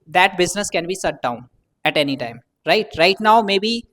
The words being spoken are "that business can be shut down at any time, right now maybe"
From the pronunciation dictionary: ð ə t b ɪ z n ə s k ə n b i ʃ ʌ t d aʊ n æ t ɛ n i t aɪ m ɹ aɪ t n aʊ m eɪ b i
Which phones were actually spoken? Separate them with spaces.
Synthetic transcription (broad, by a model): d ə t b ɪ z n ə s k ə n b i s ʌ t d aʊ n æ t ɛ n i t aɪ m ɹ aɪ t n aʊ m eɪ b i